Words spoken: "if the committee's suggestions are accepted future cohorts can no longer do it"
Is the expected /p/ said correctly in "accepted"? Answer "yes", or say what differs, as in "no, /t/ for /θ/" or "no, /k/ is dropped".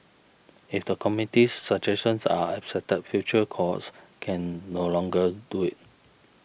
no, /p/ is dropped